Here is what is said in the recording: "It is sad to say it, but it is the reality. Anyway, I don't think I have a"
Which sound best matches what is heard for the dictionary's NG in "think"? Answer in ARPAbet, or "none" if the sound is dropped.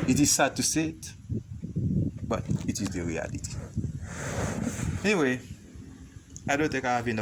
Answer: none